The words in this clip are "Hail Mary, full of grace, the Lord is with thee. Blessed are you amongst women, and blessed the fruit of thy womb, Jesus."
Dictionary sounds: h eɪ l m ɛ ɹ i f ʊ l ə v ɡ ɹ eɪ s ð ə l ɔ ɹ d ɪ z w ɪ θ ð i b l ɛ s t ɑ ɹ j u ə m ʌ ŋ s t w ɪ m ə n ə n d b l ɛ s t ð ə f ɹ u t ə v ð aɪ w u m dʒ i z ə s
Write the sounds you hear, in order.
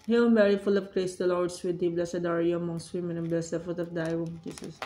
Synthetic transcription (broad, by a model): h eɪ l m ɛ ɹ i f ʊ l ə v ɡ ɹ eɪ s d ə l ɔ ɹ d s w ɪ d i b l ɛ s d ɑ ɹ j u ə m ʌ ŋ s t w ɪ m ə n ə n b l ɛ s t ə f u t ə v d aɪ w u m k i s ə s